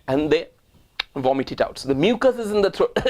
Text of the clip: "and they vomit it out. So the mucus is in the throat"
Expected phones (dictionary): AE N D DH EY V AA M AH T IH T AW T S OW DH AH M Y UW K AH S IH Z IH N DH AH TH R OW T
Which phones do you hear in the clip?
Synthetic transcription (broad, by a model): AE N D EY V AA M AH T IH T AW T S OW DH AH M Y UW K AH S IH Z IH N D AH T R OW